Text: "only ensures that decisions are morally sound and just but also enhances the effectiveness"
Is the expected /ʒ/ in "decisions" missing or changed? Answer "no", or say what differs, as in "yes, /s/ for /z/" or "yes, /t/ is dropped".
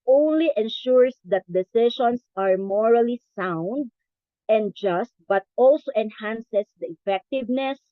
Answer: yes, /ʃ/ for /ʒ/